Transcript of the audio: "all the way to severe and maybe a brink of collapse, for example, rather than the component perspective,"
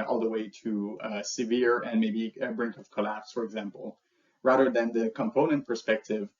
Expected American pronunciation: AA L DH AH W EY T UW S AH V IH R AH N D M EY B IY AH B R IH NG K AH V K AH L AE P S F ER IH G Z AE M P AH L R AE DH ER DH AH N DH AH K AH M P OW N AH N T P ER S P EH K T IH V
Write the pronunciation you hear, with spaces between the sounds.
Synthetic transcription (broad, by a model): AA L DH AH W EY T UW S AH V IH R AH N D M EY B IY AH B R IH NG K AH V K AH L AE P S F ER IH G Z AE M P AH L R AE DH ER DH AH N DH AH K AH M P OW N AH N T P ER S P EH K T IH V